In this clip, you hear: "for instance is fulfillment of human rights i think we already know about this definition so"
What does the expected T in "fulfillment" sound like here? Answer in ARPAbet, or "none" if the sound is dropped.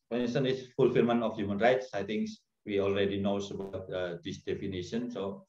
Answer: none